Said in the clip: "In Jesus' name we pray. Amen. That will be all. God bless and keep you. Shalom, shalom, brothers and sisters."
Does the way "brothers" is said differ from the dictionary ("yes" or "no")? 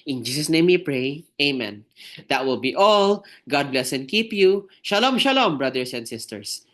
yes